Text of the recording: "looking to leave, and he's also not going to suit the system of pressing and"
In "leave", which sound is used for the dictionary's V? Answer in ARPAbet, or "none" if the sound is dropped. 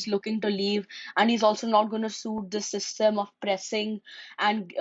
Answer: V